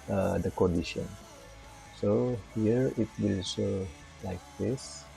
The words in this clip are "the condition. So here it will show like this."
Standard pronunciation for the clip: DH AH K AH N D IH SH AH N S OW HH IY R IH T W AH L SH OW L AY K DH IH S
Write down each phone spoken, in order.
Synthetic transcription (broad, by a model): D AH K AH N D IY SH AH N S OW HH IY R IH T W AH L S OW L AY K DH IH S